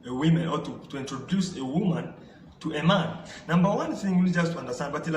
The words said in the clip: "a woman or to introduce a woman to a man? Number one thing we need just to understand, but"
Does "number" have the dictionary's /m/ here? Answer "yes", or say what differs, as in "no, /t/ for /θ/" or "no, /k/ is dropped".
yes